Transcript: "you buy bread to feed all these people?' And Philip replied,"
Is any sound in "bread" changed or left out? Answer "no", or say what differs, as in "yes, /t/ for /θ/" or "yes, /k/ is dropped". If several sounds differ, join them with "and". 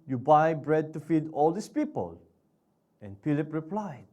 no